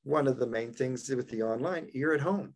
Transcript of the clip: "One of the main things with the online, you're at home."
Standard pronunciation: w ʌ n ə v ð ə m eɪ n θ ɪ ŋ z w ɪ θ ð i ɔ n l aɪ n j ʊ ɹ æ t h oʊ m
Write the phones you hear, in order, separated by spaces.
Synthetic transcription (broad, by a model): w ʌ n ə v ð ə m eɪ n θ ɪ ŋ z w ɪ ð i ɔ n l aɪ n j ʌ ɹ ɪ t h oʊ m